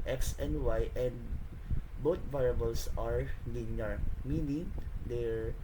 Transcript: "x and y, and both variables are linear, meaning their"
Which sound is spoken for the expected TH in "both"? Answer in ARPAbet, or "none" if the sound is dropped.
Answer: T